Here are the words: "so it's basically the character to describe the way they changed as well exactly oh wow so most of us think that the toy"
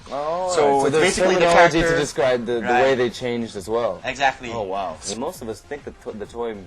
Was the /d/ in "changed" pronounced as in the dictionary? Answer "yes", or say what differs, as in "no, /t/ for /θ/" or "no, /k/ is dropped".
yes